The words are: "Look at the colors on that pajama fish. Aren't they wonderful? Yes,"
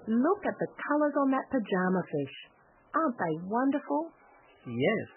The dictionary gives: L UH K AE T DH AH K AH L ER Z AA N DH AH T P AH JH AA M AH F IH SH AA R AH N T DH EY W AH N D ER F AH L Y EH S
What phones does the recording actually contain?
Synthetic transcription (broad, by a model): L UH K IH T DH AH K AH L ER Z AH N DH AH T P AH JH AA M AH F IH SH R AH N DH EY W AH N D ER F AH L Y EH S